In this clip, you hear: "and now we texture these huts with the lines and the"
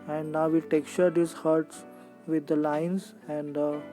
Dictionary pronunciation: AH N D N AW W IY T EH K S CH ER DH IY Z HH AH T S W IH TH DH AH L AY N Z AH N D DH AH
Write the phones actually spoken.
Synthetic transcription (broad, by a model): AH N D N AW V IY T EH K S CH ER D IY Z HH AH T S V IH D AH L AY N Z AH N D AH